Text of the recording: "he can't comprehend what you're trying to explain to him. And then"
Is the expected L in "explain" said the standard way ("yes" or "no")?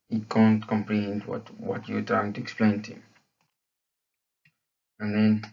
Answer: yes